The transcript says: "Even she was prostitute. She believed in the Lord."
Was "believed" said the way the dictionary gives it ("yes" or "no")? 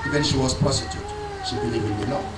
no